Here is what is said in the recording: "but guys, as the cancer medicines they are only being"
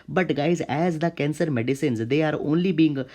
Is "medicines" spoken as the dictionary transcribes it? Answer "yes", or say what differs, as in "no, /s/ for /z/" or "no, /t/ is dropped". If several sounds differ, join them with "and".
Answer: yes